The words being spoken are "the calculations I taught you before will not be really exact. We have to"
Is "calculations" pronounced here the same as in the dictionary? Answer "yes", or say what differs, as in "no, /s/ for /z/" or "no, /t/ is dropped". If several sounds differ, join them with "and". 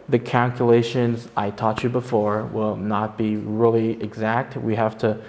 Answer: yes